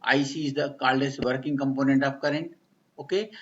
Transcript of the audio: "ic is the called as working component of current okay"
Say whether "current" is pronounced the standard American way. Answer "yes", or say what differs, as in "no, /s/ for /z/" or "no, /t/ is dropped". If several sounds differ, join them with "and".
no, /t/ is dropped